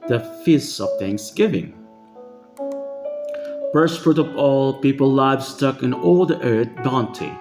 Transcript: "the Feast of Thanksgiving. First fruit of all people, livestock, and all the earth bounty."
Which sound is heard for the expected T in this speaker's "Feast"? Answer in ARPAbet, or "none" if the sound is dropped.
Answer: none